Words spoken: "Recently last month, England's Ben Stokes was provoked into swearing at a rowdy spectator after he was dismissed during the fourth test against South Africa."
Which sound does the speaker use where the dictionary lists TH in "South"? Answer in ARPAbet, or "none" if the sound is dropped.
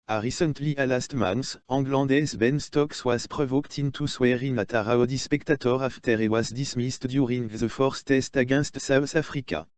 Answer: S